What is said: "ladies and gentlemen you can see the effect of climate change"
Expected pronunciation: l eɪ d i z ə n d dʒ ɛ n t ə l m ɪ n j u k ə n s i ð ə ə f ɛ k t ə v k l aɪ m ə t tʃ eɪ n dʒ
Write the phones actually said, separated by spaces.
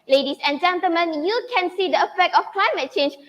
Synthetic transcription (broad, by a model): l eɪ d i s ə n dʒ ɛ n t ə l m ɪ n j u k ə n s i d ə ə f ɛ k t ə f k l aɪ m ə t tʃ eɪ n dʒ